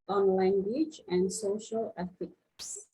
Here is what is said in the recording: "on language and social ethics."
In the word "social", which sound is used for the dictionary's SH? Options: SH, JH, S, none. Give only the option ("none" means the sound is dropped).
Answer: SH